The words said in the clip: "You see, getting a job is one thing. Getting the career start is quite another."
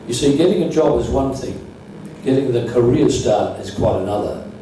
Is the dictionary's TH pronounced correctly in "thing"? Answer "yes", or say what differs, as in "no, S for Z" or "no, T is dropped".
yes